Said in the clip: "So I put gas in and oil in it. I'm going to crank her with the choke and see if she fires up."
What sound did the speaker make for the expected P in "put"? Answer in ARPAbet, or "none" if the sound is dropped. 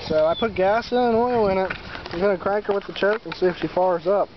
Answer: P